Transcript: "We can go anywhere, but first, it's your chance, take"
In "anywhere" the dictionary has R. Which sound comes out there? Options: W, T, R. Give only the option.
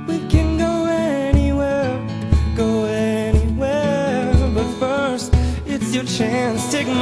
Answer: W